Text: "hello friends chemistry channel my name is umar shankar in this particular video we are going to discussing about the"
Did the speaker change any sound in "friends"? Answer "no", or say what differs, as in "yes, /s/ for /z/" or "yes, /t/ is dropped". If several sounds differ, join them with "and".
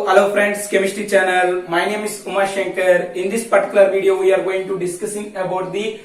yes, /s/ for /z/